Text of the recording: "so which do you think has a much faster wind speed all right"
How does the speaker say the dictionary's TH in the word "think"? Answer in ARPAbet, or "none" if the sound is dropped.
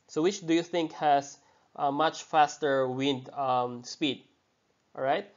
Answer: TH